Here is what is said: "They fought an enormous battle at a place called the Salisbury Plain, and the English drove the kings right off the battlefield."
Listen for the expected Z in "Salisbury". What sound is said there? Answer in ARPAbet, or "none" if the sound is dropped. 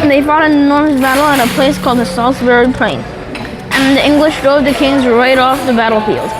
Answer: S